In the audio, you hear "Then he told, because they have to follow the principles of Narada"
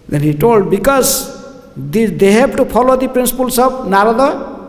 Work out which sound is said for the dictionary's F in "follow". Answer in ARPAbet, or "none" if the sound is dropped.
P